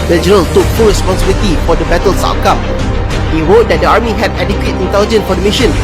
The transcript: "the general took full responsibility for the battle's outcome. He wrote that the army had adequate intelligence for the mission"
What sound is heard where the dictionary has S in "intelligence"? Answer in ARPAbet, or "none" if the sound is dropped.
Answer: none